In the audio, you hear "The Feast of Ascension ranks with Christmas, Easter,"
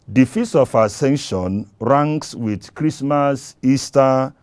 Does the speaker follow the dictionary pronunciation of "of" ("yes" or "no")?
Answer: no